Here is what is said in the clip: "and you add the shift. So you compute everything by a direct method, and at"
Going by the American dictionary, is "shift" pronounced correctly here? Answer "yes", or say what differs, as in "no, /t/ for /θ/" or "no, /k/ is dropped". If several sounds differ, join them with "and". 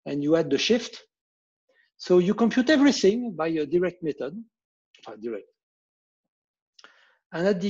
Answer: yes